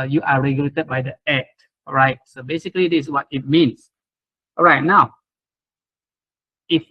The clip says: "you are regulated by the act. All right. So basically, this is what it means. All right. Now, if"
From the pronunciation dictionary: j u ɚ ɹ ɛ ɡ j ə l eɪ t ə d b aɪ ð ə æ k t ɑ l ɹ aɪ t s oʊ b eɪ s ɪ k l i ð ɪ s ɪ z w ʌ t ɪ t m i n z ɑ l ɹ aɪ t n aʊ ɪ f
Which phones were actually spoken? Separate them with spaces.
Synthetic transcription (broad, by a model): j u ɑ ɹ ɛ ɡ j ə l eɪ t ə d b aɪ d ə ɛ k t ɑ ɹ aɪ t s oʊ b eɪ s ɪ k i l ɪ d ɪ s w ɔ t ɪ t m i n s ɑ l ɹ aɪ t n aʊ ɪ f